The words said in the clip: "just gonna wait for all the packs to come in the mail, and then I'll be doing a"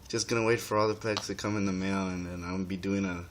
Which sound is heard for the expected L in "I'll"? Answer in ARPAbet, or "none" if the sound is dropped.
N